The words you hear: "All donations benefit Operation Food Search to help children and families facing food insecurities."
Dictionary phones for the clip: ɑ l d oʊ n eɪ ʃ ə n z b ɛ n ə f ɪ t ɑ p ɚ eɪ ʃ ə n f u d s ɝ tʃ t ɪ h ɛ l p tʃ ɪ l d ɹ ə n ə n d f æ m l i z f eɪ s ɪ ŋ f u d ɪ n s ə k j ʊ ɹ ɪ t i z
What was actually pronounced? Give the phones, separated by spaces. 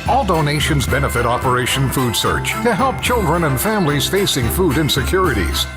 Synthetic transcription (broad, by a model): ɑ l d oʊ n eɪ ʃ ə n z b ɛ n ə f ɪ t ɑ p ɚ eɪ ʃ ə n f u d s ɝ tʃ t ɪ h ɛ l p tʃ ɪ l d ɹ ə n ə n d f æ m l i z f eɪ s ɪ ŋ f u d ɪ n s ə k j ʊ ɹ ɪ t i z